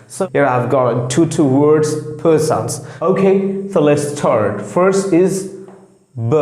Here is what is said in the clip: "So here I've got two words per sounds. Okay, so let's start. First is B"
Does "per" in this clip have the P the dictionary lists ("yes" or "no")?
yes